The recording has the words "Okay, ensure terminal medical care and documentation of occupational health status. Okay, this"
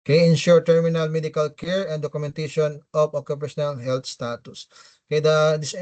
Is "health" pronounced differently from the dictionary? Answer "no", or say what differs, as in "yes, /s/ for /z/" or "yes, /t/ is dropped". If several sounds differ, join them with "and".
yes, /t/ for /θ/